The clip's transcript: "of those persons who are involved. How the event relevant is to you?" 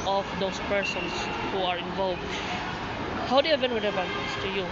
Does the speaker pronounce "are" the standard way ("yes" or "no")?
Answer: yes